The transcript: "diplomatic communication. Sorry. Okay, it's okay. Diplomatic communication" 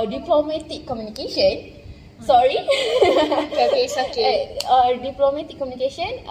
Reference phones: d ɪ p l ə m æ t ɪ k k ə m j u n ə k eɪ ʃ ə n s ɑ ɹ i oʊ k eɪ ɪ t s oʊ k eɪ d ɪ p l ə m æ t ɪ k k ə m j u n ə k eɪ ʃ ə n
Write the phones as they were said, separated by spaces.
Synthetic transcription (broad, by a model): d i p l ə m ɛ t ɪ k k ə m j u n ə k eɪ ʃ ə n s ɑ ɹ i oʊ k eɪ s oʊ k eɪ d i p l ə m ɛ t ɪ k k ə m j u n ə k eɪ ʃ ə n